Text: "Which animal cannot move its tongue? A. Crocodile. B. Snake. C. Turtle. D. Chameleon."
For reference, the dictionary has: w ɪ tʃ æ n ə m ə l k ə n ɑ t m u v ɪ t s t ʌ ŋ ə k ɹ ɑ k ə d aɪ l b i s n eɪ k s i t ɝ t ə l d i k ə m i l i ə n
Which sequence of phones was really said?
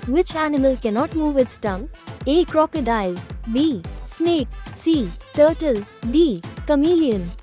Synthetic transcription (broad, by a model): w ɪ tʃ æ n ə m ə l k ə n ɑ t m u v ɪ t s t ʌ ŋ ə k ɹ ɑ k ə d aɪ l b i s n eɪ k s i t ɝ t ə l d i k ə m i l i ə n